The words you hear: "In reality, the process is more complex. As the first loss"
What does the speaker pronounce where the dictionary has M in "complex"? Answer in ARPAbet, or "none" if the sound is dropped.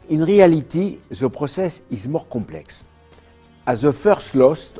none